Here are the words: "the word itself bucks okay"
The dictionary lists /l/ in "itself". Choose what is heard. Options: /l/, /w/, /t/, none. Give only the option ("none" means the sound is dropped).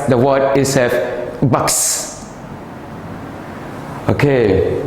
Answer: none